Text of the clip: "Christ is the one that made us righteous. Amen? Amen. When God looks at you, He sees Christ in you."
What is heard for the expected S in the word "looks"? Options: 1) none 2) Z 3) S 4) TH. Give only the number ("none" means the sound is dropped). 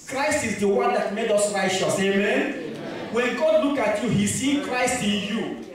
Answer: 1